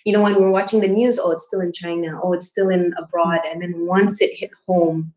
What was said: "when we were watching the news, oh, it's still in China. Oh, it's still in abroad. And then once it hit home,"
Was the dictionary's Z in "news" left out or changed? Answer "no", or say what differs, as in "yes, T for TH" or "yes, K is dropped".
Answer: no